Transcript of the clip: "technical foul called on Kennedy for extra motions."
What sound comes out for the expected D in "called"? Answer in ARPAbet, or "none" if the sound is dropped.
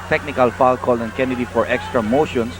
none